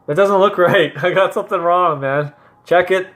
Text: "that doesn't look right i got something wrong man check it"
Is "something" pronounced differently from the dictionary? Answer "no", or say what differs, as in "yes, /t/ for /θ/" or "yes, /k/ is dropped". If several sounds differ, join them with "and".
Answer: no